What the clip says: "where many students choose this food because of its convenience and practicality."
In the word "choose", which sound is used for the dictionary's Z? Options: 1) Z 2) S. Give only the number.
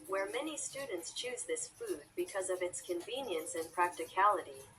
1